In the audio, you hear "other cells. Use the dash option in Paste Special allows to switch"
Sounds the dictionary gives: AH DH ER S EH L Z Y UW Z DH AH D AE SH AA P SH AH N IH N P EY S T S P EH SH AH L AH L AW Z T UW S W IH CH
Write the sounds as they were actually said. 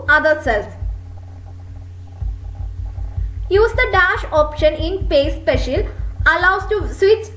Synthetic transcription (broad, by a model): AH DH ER S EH L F Y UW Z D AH D AE SH AA P SH AH N IH N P EY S S P EH SH AH L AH L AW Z T UW S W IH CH